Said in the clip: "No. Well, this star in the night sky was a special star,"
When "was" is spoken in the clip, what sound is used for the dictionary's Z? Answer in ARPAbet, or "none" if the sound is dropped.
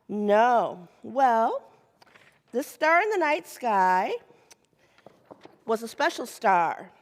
Z